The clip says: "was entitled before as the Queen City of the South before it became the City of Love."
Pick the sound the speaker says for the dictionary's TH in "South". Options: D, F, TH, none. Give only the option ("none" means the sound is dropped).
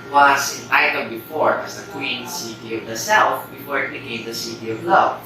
F